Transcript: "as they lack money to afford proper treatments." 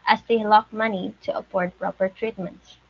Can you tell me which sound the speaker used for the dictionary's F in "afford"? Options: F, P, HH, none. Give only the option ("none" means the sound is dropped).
P